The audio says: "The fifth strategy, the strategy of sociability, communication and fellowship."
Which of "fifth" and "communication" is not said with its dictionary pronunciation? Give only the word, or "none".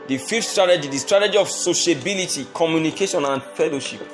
fifth